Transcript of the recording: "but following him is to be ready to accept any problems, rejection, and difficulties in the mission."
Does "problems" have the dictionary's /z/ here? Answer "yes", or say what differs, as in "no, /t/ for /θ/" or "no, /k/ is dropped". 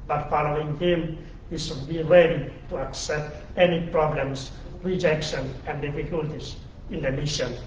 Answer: no, /s/ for /z/